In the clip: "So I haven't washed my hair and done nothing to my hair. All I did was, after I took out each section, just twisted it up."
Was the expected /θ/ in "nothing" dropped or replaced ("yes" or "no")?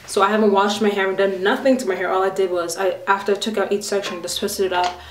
no